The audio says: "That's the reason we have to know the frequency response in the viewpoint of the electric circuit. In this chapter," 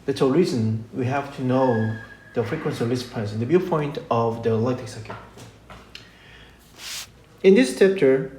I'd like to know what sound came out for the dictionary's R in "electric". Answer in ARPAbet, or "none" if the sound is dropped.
none